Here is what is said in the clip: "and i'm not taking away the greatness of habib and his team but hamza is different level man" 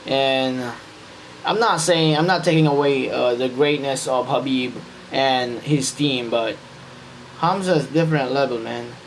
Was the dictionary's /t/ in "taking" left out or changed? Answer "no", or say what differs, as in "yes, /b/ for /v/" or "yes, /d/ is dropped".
yes, /s/ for /t/